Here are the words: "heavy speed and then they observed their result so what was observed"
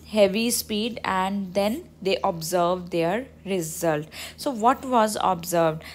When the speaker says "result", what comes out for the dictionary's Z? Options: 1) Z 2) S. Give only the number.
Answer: 1